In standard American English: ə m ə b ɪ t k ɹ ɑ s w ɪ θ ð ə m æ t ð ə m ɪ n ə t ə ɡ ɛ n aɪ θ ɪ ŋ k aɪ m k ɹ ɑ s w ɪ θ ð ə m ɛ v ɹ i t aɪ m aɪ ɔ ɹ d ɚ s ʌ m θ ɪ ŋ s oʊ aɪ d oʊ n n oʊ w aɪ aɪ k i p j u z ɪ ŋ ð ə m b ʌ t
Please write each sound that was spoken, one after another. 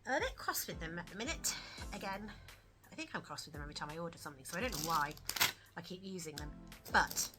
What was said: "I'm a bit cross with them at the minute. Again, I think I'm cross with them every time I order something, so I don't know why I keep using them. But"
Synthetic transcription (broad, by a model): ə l ə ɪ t k ɹ ɑ s w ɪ ð ə m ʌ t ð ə m ɪ n ə t ə ɡ ɛ n aɪ θ ɪ ŋ k aɪ m k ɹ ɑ s w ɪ ð ə m ɛ v ɹ i t aɪ m aɪ ɔ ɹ d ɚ s ʌ m θ ɪ ŋ s oʊ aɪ d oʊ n n oʊ w aɪ aɪ k i p j u z ɪ ŋ ð ə m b ʌ t